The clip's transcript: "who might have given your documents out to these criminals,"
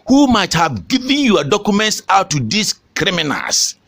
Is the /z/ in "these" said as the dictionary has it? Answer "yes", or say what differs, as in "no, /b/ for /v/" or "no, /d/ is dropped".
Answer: no, /s/ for /z/